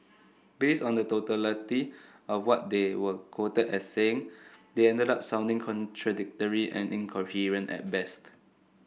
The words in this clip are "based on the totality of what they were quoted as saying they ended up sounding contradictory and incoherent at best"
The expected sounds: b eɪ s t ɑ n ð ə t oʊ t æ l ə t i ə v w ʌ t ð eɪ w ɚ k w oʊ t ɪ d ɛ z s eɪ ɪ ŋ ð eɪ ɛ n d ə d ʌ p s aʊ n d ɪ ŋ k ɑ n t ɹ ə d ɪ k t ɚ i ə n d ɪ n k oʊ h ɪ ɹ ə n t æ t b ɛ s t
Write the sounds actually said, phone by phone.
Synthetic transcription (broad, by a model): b eɪ s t ɑ n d ə t oʊ t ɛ l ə t i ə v w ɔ t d eɪ w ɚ k w oʊ t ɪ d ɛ s eɪ ɪ ŋ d eɪ ɛ n d ə d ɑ p s aʊ n d ɪ ŋ k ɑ n t ɹ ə d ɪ k t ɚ i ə n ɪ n k oʊ h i ɹ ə n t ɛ t b ɛ s t